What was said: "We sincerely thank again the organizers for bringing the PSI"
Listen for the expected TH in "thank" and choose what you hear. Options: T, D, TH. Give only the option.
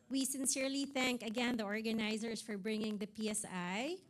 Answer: TH